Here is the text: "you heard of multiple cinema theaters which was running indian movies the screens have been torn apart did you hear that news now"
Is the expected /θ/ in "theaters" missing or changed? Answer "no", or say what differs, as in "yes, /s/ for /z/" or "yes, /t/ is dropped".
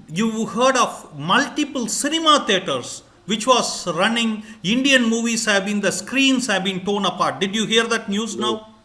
yes, /t/ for /θ/